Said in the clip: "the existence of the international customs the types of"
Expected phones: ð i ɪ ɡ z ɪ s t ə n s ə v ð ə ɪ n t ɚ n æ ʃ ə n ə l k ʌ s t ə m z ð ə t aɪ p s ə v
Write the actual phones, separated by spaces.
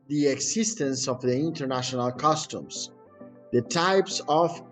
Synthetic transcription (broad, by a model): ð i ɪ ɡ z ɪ s t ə n s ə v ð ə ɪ n t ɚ n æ ʃ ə n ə l k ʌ s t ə m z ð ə t aɪ p s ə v